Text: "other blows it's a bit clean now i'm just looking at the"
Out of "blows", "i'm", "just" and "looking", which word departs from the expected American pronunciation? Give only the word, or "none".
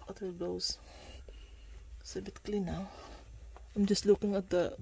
blows